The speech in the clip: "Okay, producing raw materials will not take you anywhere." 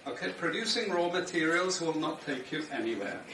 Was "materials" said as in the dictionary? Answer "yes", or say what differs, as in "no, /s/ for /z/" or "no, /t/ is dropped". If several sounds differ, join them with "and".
yes